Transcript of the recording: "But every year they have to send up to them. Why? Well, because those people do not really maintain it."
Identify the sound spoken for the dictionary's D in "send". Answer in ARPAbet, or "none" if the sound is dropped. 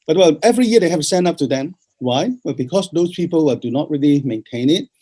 none